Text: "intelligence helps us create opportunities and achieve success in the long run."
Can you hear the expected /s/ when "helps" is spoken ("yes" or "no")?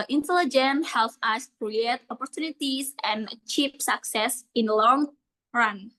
no